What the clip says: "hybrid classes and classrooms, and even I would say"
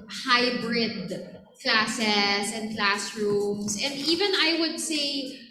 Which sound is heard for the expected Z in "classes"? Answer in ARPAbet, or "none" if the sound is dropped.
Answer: S